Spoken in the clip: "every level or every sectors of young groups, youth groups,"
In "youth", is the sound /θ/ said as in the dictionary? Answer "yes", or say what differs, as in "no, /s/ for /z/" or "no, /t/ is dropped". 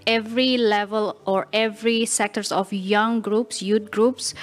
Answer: no, /t/ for /θ/